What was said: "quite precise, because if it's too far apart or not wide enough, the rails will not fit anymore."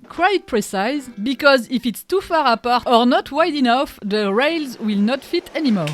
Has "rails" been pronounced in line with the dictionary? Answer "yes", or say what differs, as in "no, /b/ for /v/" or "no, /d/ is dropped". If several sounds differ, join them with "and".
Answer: yes